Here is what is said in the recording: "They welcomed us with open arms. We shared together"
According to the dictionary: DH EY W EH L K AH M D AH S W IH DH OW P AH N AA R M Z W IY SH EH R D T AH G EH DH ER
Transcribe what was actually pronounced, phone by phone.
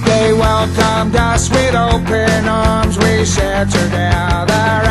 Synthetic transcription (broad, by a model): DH EY W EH L K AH M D AH S W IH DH OW P AH N AA R M Z W IY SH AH R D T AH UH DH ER